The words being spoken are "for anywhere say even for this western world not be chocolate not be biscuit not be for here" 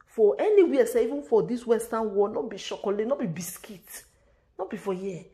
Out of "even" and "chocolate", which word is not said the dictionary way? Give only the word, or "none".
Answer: chocolate